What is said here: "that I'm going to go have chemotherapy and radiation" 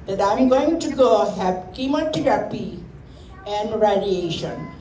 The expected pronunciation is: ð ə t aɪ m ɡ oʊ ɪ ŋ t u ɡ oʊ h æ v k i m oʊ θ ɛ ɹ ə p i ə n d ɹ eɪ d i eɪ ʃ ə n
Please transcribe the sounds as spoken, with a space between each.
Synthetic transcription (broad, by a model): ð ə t aɪ m ɡ oʊ ɪ ŋ t u ɡ oʊ h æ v k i m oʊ t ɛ ɹ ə p i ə n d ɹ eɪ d i eɪ ʃ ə n